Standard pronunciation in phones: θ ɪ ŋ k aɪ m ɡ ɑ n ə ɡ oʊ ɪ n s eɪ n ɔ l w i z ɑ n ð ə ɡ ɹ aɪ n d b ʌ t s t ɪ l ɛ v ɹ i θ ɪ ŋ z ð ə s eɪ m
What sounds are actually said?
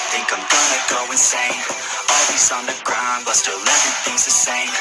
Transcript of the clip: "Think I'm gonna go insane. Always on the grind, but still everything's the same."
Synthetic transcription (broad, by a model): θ ɪ ŋ k aɪ m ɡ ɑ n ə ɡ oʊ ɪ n s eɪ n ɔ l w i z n ð ə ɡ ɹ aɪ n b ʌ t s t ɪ l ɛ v i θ ɪ ŋ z ð ə s eɪ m